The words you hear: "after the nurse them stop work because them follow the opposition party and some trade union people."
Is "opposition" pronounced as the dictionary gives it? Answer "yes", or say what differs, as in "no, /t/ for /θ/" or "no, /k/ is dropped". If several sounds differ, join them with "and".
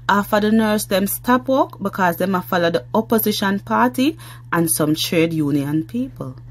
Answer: yes